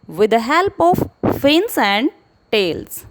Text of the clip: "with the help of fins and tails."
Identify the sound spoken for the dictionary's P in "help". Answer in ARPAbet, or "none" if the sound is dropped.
P